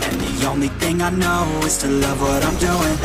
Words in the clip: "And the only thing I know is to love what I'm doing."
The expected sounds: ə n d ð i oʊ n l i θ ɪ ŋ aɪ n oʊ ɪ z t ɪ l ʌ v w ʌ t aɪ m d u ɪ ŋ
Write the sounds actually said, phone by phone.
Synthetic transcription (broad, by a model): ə n ð i oʊ n l i θ ɪ ŋ aɪ n oʊ ɪ z t ɪ l ʌ v w ʌ t aɪ m d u ɪ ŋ